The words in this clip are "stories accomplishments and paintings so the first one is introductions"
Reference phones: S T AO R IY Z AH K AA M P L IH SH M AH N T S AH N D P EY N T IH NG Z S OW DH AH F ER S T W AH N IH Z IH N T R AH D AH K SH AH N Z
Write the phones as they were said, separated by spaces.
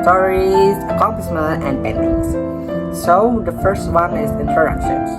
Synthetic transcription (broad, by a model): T AO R IY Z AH K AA M P L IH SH M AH N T AH N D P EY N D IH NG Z S OW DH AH F ER S T W AH N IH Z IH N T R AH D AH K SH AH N